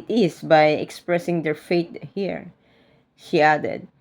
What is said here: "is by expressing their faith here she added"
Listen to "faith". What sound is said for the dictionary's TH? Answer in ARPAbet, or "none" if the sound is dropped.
T